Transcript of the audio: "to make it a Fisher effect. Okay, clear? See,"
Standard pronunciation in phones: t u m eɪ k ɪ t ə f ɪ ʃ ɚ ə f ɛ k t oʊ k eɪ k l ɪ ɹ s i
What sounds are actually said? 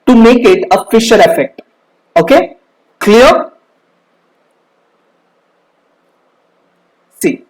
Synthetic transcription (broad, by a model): t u m eɪ k ɪ t ə f ɪ ʃ ɚ ə f ɛ k t oʊ k eɪ k l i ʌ s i